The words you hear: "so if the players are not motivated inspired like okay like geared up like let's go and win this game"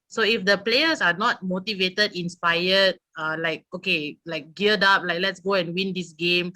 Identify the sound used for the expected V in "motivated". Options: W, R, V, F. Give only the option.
V